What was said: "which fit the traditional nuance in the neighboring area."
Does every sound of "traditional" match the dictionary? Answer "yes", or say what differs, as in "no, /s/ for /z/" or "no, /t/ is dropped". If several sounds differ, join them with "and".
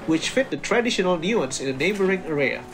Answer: yes